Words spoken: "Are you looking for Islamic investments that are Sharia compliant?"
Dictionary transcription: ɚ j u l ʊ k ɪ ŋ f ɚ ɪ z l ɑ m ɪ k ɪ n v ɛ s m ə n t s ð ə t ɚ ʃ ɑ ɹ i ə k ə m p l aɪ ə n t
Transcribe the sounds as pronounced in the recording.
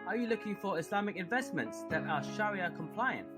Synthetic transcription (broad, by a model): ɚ j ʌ l ʊ k ɪ ŋ f ɚ ɪ s l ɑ m ɪ k ɪ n v ɛ s m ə n t s ð ə t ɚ ʃ ɑ ɹ i ə k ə m p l aɪ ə n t